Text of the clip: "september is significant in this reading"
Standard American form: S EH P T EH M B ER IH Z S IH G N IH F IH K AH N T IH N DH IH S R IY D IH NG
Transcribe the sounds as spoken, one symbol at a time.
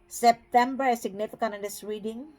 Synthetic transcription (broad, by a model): S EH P T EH M B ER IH S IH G N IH F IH K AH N IH N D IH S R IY D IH NG